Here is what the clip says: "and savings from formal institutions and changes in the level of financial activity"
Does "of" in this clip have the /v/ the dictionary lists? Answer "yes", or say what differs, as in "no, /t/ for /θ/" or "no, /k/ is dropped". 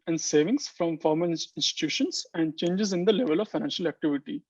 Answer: yes